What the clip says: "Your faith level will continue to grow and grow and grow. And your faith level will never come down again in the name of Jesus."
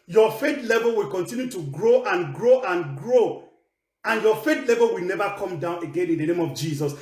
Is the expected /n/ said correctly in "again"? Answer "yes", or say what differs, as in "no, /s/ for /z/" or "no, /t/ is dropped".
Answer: yes